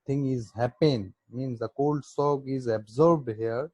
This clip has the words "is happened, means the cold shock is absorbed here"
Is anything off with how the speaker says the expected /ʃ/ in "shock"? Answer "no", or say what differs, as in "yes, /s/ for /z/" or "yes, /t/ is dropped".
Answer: yes, /s/ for /ʃ/